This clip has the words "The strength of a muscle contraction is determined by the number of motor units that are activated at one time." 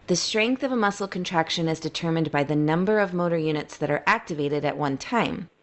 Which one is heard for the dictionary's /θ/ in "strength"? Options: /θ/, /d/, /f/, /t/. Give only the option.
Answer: /θ/